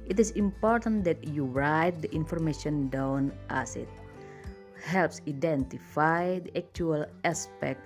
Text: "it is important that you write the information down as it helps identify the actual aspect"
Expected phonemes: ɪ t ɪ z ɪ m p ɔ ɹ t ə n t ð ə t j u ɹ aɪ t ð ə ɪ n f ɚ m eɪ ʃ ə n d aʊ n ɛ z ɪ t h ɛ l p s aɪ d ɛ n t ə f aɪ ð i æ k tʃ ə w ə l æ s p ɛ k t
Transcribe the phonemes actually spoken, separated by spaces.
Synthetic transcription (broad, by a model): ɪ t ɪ s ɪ m p ɔ ɹ t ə n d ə t j u ɹ aɪ t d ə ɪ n f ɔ m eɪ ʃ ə n d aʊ n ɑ s ɪ t h ɛ l p s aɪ d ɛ n t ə f aɪ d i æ k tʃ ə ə l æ s p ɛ k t